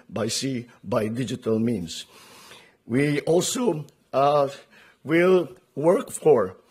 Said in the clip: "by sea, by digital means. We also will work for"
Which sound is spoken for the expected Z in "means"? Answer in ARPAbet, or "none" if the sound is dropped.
S